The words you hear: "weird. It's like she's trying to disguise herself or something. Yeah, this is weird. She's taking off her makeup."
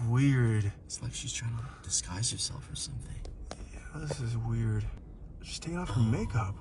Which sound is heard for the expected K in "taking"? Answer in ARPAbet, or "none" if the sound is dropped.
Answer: none